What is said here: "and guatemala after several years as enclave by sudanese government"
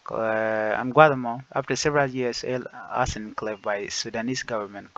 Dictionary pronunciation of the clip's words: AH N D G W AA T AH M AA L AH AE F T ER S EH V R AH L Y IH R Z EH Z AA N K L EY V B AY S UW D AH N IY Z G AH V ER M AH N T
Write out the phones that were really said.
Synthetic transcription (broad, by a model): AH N G W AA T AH M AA AH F T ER S EH V R AH L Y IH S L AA S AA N K L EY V B AY S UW D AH N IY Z G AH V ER M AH N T